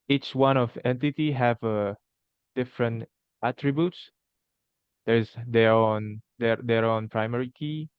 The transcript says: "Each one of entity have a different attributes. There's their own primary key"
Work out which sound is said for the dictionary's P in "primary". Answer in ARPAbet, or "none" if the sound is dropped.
P